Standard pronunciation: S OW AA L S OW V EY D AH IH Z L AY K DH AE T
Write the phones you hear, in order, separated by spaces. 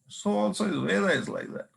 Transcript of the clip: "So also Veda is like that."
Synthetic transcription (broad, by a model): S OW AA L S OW W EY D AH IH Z L AY K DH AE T